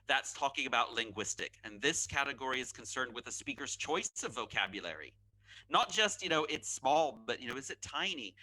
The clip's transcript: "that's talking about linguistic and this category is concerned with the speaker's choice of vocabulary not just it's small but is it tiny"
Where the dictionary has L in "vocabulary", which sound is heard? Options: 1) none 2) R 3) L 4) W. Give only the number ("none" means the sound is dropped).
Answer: 3